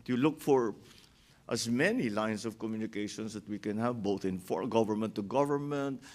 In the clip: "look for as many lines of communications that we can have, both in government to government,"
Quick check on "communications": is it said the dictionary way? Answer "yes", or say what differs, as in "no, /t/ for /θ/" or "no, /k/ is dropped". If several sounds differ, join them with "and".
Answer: no, /s/ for /z/